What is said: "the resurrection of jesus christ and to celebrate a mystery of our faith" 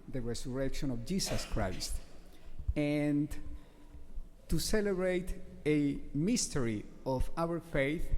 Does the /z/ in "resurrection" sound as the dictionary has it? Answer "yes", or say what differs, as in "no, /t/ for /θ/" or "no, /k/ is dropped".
no, /s/ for /z/